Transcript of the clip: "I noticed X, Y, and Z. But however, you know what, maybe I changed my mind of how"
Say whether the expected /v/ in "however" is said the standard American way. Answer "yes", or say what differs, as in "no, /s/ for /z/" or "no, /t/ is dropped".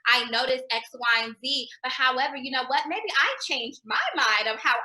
yes